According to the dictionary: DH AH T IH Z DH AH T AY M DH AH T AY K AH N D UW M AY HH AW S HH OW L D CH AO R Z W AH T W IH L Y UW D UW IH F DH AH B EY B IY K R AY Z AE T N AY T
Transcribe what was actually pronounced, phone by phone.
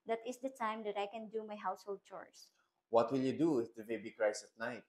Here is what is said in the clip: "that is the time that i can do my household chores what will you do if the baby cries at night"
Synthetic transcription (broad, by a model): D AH T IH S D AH T AY M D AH T AY K AH N D UW M AY HH AW S HH OW L D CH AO R S W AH T W IH L Y UW D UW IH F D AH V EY B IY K R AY S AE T N AY T